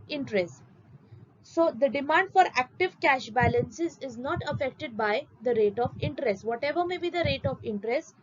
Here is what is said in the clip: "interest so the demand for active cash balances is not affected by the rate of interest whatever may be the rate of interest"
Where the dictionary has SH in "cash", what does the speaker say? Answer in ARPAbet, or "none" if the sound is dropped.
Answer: SH